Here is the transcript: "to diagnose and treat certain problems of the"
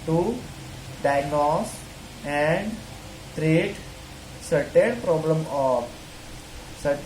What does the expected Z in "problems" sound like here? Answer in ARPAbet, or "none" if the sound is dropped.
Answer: none